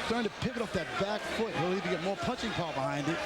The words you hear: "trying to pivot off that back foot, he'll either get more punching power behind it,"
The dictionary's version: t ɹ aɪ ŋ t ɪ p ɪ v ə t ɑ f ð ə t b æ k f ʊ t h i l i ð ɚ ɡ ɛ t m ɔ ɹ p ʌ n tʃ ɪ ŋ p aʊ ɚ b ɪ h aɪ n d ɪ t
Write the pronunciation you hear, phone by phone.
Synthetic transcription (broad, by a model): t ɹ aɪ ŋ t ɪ p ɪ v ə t ɑ f ð ə t b æ k f ʊ t h i l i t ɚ ɡ ɛ t m ɔ ɹ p ʌ tʃ ɪ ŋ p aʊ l b ɪ h aɪ n d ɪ t